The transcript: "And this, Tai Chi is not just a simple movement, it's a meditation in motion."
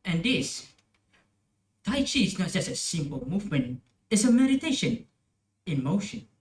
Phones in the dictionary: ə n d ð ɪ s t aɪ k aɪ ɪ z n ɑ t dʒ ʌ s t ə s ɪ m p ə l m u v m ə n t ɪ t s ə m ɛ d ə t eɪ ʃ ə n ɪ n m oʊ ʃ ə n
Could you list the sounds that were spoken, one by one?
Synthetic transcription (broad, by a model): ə n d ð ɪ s t aɪ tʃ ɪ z n ɑ t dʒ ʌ s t ə s ɪ m p ə l m u v m ə n t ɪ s ə m ɛ d ə t eɪ ʃ ə n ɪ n m oʊ ʃ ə n